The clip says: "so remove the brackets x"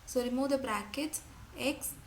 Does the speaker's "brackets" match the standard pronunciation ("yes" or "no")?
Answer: no